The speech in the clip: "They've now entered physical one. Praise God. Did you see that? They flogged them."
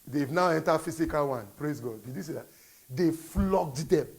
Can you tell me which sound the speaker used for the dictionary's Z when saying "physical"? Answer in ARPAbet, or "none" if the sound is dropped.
S